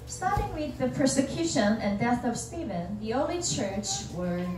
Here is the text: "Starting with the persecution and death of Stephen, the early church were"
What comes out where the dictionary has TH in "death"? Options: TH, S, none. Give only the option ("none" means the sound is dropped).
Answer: TH